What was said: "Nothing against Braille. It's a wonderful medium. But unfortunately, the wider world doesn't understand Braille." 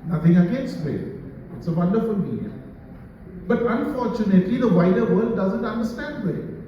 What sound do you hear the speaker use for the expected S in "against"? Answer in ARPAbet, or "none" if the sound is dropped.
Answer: none